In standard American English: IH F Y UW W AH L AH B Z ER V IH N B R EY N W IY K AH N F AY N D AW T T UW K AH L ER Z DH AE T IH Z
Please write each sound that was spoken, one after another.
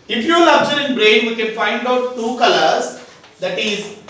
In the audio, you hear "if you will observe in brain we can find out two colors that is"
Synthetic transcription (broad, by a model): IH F Y UW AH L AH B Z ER IH N B R EY N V IY K AH N F AY N D AW T T UW K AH L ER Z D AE T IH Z